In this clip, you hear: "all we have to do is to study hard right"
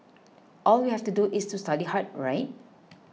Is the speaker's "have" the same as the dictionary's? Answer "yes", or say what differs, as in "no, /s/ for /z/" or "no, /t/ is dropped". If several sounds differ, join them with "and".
no, /f/ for /v/